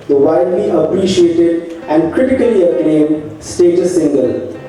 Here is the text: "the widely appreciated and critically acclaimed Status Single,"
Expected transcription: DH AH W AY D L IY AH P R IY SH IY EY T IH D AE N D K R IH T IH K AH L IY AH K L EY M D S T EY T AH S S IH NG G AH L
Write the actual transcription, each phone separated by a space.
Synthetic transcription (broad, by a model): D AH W AY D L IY AH P R IY SH IY EY T IH D AE N D K R IH T IH K AH L IY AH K N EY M S T EY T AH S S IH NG G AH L